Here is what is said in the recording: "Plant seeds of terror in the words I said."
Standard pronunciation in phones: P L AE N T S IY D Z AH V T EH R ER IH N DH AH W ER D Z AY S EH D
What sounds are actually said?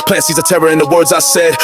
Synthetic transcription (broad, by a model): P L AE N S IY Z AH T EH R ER IH N DH AH W ER D Z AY S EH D